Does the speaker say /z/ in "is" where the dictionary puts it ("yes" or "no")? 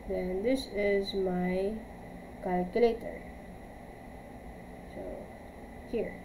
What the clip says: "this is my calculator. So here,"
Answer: yes